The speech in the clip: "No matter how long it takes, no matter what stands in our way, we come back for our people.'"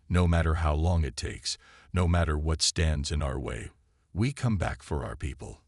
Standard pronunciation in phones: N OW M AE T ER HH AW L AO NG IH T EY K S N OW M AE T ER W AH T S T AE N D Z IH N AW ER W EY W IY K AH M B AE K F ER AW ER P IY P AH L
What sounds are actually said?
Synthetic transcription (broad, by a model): N OW M AE T ER HH AW L AO NG IH T EY K S N OW M AE T ER W AH T S T AE N D Z IH N AW ER W EY W IY K AH M B AE K F ER AW ER P IY P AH L